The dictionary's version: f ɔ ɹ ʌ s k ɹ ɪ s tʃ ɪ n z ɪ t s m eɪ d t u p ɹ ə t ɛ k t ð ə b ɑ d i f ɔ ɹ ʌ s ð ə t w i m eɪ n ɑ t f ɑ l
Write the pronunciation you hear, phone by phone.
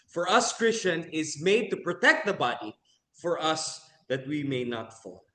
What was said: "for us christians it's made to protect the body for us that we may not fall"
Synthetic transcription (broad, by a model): f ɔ ɹ ʌ s k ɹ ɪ s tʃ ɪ n ɪ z m eɪ d t u p ɹ ə t ɛ k t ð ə b ɑ d i f ɔ ɹ ʌ s ð ə t w i m eɪ n ɑ t f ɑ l